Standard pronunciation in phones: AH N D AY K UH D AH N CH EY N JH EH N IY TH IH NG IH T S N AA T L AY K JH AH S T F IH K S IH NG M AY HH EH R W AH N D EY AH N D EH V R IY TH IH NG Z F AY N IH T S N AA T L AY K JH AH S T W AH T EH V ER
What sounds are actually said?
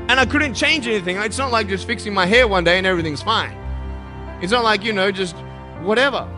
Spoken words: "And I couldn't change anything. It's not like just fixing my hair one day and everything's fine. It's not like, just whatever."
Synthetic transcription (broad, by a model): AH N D AY K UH D N CH EY N JH EH N IY TH IH NG IH T S N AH T L AY K JH AH S T F IH K S IH NG M AY HH EH R W AH N D EY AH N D EH V R IY TH IH NG Z F AY N IH T S N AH T L AY K JH AH S T W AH T EH V ER